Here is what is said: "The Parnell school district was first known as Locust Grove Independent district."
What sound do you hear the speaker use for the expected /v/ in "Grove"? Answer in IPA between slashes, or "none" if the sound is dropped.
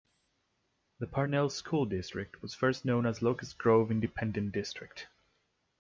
/v/